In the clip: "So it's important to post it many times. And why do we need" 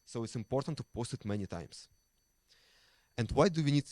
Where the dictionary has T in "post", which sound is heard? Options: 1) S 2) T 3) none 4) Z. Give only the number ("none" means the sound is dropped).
2